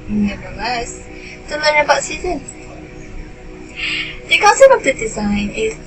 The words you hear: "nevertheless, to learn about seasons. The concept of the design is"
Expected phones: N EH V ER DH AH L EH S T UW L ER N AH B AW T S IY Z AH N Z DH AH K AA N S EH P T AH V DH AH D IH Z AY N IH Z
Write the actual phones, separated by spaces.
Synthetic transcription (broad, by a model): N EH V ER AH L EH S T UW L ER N AH B AW T S IY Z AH N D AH K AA N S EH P AH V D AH D IH Z AY N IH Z